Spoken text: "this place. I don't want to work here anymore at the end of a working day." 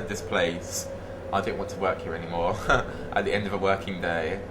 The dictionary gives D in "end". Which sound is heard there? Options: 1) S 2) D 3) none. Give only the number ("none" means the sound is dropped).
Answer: 2